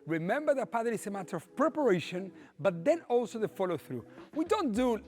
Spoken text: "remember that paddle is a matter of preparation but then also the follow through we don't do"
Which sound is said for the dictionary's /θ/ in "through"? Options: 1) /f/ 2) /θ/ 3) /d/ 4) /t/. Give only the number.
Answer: 2